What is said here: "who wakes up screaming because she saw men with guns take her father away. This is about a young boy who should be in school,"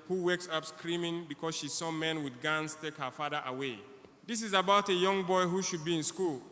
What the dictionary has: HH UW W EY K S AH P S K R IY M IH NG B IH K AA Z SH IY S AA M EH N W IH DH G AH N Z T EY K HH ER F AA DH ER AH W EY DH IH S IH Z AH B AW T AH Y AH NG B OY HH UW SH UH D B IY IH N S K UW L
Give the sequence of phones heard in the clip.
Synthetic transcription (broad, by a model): HH UW W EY K S AH P S K R IY M IH NG B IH K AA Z SH IY S AA M EH N W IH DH G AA N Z T EY K HH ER F AA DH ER AH W EY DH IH S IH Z AH B AW T AH Y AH NG B OY HH UW SH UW D B IY IH N S K UW L